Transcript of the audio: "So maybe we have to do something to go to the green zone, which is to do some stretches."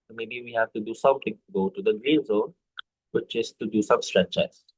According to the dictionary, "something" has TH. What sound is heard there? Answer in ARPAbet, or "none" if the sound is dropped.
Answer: T